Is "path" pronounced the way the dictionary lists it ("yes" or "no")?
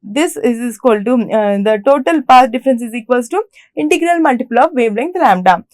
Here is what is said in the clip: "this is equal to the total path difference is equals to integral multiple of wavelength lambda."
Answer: no